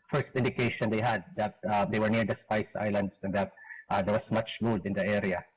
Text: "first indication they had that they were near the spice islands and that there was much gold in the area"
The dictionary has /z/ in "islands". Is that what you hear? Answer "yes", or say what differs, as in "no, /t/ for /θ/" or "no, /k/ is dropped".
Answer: no, /s/ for /z/